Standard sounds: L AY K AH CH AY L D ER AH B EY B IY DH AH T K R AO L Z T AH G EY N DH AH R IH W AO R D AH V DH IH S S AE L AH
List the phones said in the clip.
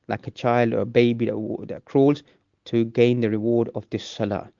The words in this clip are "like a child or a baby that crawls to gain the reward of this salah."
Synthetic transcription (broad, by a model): L AY K AH CH AY L D ER AH B EY B IY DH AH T K R AO L Z T AH G EY N DH AH R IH W AO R D AH V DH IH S S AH L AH